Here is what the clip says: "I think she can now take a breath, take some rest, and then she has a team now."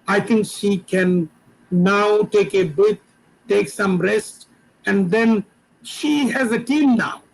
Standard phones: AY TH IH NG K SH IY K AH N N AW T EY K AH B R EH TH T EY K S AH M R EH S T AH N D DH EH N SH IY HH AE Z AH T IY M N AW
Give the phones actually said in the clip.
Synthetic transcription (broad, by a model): AY T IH NG K SH IY K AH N N AW T EY K AH B IH T T EY K S AH M R EH S T AH N D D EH N SH IY HH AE Z AH T IY M N AW